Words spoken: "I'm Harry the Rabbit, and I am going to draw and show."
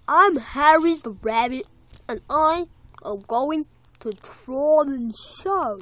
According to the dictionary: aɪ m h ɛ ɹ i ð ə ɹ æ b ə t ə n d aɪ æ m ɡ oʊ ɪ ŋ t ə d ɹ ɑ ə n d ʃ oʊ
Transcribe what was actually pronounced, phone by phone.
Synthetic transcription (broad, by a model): aɪ m h ɛ ɹ i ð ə ɹ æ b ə ə n aɪ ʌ ɡ oʊ ɪ ŋ t ə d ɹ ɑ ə n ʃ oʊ